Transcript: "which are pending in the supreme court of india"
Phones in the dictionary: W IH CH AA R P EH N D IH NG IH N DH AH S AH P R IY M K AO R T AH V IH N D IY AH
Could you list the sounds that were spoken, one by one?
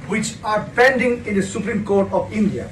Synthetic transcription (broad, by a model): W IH CH AA R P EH N D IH NG IH N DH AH S AH P R IY M K AO R T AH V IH N D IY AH